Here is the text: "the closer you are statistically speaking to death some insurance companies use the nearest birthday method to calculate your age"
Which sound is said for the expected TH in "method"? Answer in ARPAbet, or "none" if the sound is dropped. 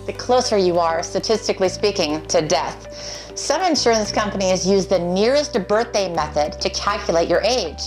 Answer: TH